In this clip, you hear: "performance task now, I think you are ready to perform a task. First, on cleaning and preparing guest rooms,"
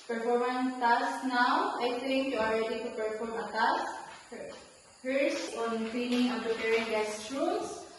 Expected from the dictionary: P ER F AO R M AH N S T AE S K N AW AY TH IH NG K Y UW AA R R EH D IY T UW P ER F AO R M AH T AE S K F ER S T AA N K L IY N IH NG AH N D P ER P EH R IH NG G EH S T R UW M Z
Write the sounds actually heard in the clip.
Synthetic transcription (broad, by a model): P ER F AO R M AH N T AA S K N AW AY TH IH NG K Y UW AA L R EH D IY T UW P ER F AO R M AH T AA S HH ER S AA N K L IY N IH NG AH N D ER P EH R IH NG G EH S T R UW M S